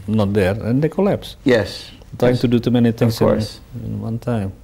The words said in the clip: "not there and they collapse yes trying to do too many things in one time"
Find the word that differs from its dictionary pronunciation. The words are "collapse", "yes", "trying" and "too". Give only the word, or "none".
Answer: trying